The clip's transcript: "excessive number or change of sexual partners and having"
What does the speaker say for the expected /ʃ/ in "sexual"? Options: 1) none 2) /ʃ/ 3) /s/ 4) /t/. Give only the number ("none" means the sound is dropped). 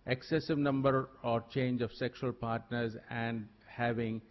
2